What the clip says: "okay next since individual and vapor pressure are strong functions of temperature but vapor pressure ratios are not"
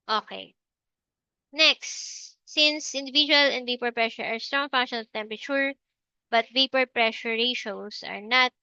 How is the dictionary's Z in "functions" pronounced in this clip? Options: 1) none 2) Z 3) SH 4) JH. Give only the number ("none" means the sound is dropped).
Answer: 1